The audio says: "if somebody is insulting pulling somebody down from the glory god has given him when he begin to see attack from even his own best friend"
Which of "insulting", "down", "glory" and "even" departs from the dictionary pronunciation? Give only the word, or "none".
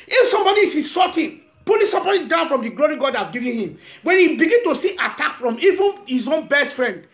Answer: insulting